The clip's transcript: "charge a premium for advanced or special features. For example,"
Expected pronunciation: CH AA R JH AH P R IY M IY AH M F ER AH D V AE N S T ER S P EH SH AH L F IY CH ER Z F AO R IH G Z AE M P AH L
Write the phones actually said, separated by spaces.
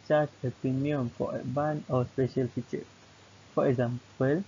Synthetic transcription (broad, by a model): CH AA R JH AH P R IY M IY AH M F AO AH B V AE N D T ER S P EH SH AH L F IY CH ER F AO R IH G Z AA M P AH L